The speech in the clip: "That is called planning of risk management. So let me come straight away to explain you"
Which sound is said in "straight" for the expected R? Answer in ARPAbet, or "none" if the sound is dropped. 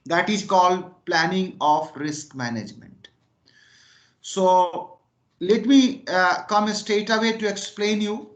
none